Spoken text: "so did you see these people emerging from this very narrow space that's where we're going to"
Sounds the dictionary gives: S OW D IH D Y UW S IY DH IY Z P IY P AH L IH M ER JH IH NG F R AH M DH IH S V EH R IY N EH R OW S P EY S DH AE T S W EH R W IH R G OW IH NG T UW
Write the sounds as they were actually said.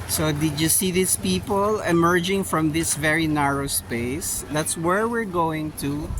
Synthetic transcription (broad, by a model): S OW D IH D Y UW S IY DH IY S P IY P AH L IH M ER JH IH NG F R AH M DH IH S V EH R IY N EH R OW S P EY S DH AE T S W EH R W IH R G OW IH NG T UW